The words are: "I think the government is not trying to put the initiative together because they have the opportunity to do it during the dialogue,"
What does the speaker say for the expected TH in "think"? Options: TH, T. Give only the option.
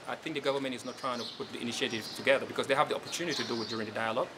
TH